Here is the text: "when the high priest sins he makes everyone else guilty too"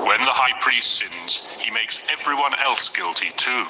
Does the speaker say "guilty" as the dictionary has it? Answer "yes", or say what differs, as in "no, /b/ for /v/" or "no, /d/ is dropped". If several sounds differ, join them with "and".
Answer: yes